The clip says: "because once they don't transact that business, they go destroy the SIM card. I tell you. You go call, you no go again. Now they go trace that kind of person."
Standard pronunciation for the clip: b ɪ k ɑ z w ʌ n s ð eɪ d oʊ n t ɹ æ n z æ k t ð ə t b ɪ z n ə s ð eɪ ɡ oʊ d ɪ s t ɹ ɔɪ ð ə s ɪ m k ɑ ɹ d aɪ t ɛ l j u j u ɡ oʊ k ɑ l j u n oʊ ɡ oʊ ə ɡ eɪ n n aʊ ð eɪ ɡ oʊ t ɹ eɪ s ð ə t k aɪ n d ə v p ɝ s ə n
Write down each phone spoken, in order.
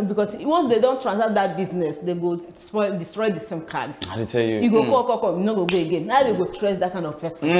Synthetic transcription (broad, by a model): b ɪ k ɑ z w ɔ n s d eɪ d oʊ n t ɹ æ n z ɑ t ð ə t b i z n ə s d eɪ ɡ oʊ d ɪ s t ɹ ɔɪ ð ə s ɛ m k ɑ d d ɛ t ɛ l j u j u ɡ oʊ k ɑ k j u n oʊ ɡ oʊ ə ɡ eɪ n n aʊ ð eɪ ɡ oʊ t ɹ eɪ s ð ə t k aɪ n d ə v p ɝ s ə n